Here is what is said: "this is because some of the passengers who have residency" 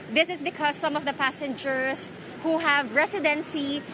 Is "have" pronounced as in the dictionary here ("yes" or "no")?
yes